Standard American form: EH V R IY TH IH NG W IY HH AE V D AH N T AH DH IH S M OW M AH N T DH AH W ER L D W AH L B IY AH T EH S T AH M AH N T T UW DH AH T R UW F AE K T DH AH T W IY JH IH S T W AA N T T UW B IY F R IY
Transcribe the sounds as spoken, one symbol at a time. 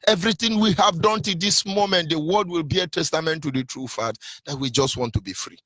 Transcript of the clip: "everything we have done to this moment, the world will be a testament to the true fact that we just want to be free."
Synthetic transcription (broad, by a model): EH V R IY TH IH NG W IY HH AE V D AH N T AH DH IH S M OW M AH N T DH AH W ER D W AH L B IY AH T EH S T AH M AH N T T UW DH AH T R UW F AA T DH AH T W IY JH IH S T W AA N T T UW B IY F R IY